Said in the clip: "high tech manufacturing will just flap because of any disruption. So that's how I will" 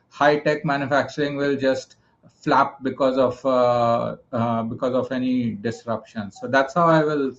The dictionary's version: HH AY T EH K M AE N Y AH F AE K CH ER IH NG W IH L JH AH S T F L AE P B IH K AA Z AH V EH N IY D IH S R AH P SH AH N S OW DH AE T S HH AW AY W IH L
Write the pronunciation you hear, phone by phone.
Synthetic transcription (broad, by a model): HH AY T EH K M AE N Y AH F AE K CH ER IH NG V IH L JH AH S T F L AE P B IH K AA Z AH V EH N IY D IH S R AH P SH AH N S OW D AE T S HH AW AY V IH L